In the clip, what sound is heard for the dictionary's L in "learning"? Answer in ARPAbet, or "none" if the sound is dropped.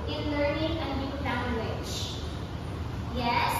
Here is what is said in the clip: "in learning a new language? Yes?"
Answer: L